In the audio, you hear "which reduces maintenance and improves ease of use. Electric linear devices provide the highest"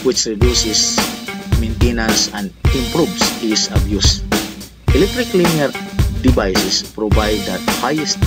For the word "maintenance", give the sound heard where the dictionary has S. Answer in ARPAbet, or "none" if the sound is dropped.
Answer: S